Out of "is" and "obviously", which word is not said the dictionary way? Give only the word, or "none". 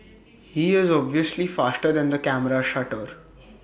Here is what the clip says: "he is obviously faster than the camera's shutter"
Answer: none